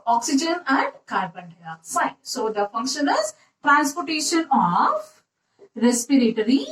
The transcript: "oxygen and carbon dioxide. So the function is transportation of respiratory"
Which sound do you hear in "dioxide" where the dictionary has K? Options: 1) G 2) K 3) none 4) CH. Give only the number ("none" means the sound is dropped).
3